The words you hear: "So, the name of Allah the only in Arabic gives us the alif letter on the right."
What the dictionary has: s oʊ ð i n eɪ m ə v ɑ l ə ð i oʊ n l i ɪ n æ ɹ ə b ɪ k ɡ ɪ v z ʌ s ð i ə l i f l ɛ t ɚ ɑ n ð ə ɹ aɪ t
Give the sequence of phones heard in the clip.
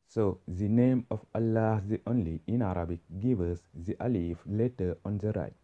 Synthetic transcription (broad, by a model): s oʊ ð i n eɪ m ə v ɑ l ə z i oʊ n l i ɪ n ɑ ɹ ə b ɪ k ɡ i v ʌ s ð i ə l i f l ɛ t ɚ ɑ n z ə ɹ aɪ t